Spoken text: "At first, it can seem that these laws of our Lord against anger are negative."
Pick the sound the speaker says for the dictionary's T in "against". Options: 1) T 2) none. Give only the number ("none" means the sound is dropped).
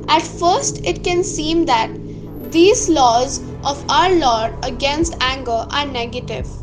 1